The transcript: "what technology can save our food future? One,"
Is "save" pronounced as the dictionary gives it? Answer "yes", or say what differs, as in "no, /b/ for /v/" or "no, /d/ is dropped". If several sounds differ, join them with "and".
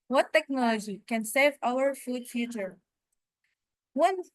yes